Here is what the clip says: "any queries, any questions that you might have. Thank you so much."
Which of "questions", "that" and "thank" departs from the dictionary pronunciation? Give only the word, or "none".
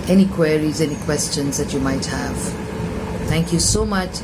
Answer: none